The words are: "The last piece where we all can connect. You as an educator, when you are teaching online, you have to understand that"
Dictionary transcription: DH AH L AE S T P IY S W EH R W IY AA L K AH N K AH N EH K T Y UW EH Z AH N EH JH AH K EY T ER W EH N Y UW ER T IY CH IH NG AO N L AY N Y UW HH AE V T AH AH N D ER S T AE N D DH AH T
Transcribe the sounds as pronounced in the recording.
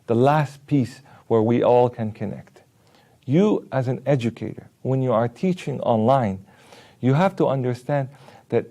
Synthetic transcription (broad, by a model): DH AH L AE S T P IY S W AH R W IY AA L K AH N K AH N EH K T Y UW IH Z N EH JH AH K EY T ER W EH N Y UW ER T IY CH IH NG AO N L AY N Y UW HH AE F T AH AH N D ER S T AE N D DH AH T